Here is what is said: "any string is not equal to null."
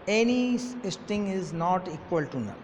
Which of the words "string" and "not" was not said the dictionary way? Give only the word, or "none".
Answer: string